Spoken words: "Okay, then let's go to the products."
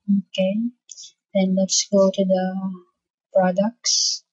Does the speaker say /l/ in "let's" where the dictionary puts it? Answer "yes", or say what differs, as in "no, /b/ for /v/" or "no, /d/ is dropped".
yes